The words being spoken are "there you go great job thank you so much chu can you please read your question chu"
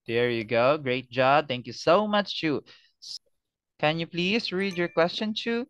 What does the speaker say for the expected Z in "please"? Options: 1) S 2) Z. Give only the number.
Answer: 1